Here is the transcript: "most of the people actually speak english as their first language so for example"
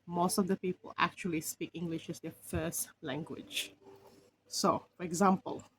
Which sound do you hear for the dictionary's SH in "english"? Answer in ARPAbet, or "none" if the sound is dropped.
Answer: SH